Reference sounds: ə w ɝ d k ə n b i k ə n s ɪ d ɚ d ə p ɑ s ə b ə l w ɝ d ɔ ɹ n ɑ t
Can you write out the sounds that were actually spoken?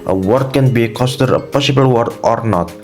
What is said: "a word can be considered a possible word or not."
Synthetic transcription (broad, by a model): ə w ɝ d k ə n b i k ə s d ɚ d ə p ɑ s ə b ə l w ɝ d ɔ ɹ n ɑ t